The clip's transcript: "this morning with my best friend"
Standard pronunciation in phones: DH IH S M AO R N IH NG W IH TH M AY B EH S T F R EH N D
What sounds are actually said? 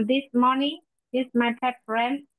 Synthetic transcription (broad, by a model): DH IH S M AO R N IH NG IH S M AY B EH T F R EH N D